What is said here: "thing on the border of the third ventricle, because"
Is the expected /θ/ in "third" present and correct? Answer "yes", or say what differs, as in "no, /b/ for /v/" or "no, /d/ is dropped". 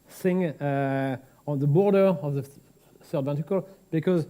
no, /s/ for /θ/